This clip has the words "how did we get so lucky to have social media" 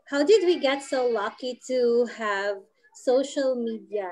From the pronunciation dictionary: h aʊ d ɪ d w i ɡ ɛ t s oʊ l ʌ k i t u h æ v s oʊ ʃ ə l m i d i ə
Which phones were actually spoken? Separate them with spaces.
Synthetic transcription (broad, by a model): h aʊ d ɪ d w i ɡ ɛ t s oʊ l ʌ k i t u h æ v s oʊ ʃ ə l m i d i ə